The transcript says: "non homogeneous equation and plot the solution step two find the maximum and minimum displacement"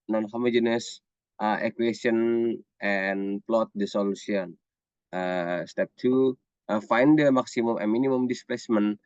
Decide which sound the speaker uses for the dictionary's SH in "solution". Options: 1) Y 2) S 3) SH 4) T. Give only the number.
2